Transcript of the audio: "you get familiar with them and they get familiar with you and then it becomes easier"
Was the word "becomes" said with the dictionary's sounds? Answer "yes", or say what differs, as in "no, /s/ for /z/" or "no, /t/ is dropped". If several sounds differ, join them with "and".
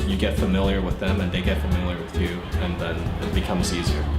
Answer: yes